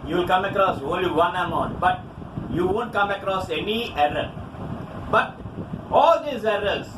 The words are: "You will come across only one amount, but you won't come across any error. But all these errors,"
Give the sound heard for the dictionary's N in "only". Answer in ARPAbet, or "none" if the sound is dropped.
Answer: none